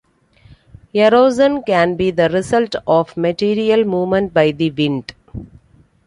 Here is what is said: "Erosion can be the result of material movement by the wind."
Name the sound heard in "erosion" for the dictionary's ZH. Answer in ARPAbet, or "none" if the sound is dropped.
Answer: Z